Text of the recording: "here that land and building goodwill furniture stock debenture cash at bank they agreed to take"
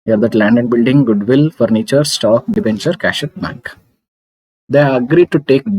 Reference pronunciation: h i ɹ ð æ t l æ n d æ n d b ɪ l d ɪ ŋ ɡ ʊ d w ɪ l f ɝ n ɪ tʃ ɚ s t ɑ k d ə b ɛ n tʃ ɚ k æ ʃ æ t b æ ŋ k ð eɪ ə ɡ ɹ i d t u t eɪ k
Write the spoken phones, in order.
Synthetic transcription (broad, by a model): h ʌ ɹ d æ t l æ n d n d b ɪ l d ɪ ŋ ɡ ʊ d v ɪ l f ɝ n ɪ tʃ ɚ s t ɑ k d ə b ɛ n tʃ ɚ k æ ʃ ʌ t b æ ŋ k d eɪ ə ɡ ɹ i d t u t eɪ k